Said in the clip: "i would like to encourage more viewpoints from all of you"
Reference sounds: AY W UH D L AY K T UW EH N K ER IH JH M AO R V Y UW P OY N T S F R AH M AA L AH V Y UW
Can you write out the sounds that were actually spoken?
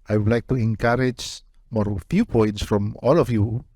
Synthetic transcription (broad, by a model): AY W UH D L AY K T UW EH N K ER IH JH M AO R F Y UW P OY N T S F R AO M AA L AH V Y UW